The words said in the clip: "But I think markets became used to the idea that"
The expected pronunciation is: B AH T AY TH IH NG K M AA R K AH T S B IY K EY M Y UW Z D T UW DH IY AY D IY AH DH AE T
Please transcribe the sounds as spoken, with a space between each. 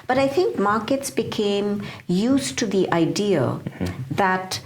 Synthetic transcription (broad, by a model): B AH T AY T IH NG K M AA R K AH T S B IY K EY M Y UW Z T UW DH IY AY D IY AH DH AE T